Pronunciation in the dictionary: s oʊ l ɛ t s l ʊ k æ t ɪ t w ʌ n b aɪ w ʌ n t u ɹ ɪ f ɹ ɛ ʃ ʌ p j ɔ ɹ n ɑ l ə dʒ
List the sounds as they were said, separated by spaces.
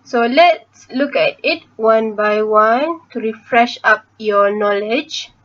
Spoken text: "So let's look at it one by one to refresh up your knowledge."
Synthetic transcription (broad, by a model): s oʊ l ɛ t s l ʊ k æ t ɪ t w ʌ n b aɪ w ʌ n t u ɹ ɪ f ɹ ɛ ʃ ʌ p j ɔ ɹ n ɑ l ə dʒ